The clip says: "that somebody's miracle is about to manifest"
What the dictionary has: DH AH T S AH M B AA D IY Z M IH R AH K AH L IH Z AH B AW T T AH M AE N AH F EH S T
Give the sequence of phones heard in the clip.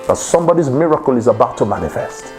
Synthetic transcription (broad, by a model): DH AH T S AH M B AA D IY Z M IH R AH K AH L IH Z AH B AW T T AH M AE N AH F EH S T